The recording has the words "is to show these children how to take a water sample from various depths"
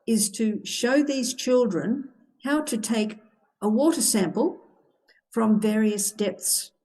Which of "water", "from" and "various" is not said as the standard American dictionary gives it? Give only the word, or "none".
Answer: none